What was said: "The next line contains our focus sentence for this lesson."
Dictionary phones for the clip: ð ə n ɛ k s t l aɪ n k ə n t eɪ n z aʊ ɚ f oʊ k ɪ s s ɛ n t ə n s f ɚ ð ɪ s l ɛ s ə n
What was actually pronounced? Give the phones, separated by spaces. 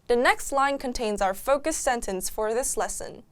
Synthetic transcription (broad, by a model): ð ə n ɛ k s t l aɪ n k ə n t eɪ n z aʊ ɚ f oʊ k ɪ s s ɛ n t ə n s f ɚ ð ɪ s l ɛ s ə n